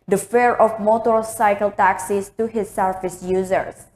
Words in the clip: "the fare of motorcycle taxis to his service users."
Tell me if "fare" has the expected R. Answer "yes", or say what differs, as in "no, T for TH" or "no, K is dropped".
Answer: yes